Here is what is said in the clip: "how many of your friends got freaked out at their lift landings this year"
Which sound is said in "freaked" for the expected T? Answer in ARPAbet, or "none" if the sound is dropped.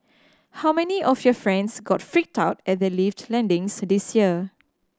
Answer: T